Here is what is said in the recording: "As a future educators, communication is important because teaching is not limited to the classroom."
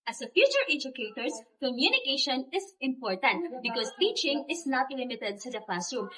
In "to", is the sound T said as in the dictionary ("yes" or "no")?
no